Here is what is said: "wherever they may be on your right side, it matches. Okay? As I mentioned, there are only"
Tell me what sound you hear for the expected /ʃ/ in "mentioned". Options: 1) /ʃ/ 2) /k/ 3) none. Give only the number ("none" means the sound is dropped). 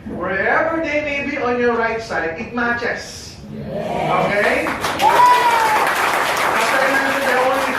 3